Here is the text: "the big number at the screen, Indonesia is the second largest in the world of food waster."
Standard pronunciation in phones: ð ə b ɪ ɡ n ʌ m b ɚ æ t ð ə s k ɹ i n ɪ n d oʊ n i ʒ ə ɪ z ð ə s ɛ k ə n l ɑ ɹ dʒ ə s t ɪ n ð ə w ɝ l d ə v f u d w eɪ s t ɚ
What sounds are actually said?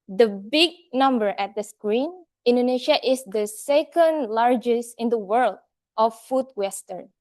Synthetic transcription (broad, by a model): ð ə b ɪ ɡ n ʌ m b ɚ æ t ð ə s k ɹ i n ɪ n d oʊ n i ʃ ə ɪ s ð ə s ɛ k ə n l ɑ ɹ dʒ ə s t ɪ n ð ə w ɝ l d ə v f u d w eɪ s t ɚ